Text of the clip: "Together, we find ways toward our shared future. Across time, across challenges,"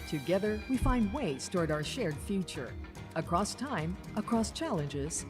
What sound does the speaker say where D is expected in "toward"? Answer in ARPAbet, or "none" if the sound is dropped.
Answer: D